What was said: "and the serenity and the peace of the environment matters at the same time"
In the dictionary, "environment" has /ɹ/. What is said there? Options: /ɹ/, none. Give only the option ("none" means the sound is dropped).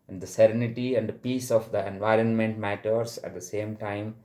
/ɹ/